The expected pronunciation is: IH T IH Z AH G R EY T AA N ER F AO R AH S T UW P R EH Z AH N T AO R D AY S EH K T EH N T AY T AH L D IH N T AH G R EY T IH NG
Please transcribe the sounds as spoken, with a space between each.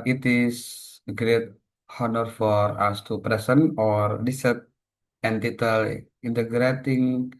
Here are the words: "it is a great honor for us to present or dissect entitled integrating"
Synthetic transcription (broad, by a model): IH T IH S AH G R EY T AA N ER F AO R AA S T UW P R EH S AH N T AO R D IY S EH T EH N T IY T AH L IH N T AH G R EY T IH NG